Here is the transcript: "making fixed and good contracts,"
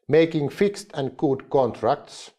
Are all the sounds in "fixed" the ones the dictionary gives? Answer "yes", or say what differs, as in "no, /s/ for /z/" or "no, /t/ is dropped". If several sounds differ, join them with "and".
yes